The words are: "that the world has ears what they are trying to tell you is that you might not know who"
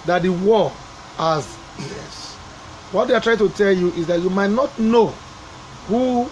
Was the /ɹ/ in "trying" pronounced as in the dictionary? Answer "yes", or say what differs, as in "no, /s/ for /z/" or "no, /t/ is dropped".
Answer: yes